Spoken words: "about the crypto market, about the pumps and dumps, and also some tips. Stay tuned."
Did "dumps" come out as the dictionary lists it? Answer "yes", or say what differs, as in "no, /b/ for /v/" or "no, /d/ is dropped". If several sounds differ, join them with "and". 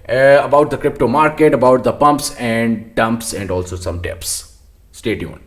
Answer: yes